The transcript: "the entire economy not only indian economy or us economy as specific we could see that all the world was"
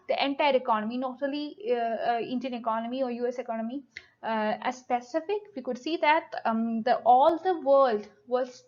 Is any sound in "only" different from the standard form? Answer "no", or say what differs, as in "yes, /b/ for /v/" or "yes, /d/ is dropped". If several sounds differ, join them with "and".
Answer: yes, /n/ is dropped